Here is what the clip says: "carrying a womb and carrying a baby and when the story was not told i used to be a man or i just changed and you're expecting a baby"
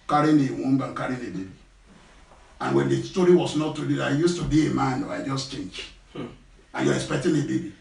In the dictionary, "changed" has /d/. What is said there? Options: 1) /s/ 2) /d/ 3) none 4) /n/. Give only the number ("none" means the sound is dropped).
3